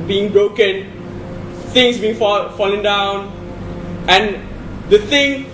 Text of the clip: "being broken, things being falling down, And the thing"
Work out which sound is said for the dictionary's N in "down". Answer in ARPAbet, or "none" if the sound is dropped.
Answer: N